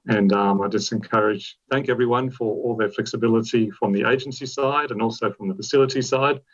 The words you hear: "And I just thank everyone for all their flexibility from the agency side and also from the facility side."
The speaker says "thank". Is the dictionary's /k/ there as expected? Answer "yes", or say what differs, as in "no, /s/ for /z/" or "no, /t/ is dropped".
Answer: yes